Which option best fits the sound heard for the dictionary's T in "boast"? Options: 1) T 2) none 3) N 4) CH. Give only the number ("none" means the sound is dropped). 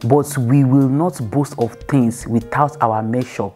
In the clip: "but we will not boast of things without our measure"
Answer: 1